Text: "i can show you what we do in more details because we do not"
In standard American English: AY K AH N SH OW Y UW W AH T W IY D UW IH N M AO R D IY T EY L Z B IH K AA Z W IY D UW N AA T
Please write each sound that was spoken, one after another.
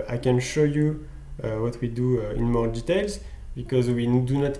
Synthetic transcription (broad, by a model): AY K AH N SH OW Y UW W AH T W IY D UW IH N M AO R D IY T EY L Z B IH K AA Z W IY D UW N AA T